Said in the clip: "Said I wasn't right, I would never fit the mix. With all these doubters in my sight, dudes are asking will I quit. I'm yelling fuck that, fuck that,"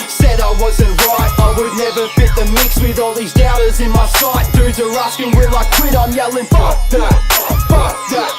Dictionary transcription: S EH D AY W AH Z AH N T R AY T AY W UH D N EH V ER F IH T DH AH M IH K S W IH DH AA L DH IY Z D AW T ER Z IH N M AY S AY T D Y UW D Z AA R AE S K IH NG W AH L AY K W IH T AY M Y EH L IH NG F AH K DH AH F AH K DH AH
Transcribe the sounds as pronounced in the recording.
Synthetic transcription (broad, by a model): S EH D AY W AH Z AH N T R AY T AY W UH D N EH V ER F IH T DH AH M IH K S W IH DH AA L DH IY Z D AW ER Z IH N M AY S AY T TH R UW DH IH R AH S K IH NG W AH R AY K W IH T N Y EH L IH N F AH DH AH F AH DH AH